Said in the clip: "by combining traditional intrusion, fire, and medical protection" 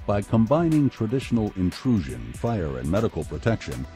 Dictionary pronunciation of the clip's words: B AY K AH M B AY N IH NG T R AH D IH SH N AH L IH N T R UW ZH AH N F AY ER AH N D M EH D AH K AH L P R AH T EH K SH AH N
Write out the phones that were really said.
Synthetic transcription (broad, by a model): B AY K AH M B AY N IH NG T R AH D IH SH N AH L IH N T R UW ZH AH N F AY ER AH N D M EH D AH K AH L P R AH T EH K SH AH N